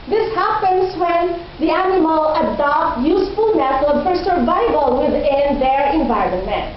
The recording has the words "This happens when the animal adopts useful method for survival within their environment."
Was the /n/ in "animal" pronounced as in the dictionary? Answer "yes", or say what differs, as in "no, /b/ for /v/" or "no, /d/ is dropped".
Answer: yes